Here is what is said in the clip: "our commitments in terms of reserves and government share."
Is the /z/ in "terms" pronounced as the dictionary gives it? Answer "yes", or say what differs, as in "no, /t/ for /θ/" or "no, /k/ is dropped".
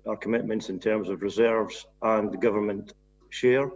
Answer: yes